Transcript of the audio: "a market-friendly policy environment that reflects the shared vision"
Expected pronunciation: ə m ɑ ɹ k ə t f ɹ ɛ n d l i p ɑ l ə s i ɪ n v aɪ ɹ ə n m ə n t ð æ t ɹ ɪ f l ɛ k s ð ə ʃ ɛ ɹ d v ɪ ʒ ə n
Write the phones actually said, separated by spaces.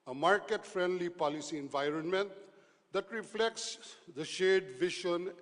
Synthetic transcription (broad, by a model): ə m ɑ ɹ k ə t f ɹ ɛ n d l i p ɑ l ə s i ɪ n v aɪ ɹ ə n m ə n t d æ t ɹ ɪ f l ɛ k s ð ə ʃ ɛ d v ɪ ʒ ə n